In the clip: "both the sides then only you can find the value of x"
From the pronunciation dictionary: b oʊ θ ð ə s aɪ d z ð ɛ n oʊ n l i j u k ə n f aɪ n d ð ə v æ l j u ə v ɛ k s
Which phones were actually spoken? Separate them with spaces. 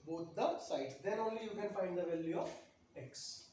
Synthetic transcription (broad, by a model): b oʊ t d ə s aɪ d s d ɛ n oʊ n l i j u k ə n f aɪ n d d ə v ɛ l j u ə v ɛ k s